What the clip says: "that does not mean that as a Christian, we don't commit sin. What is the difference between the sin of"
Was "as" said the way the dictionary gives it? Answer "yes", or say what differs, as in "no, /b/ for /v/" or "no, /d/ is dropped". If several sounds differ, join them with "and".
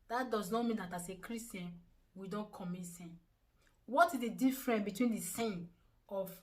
no, /s/ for /z/